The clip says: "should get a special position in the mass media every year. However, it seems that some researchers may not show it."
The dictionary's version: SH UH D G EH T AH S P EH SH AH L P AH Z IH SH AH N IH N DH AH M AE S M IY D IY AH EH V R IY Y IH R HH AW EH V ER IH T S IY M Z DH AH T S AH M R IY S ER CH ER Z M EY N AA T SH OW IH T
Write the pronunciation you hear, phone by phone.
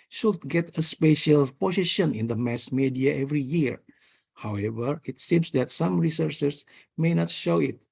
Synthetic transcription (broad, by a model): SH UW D G EH T AH S P EH SH AH L P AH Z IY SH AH N IH N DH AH M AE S M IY D IY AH EH V R IY Y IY R HH AW EH V ER IH T S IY M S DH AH T S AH M R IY S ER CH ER S M EY N AA T SH OW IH T